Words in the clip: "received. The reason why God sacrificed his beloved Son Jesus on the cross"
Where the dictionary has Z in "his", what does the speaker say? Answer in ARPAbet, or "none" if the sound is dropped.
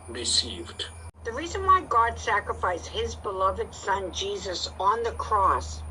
Z